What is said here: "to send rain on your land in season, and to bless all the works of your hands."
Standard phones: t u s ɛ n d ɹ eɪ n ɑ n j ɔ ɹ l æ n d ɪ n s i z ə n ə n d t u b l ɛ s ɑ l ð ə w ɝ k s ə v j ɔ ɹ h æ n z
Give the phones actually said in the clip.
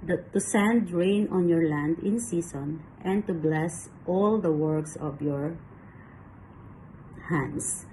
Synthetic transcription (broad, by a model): t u s ɛ n d ɹ eɪ n ɑ n j ɔ ɹ l æ n d ɪ n s i s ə n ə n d t u b l ɛ s ɑ l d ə w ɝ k s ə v j ɔ ɹ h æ n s